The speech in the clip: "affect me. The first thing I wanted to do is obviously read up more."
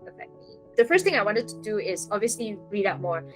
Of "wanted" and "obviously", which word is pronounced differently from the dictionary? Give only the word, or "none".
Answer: none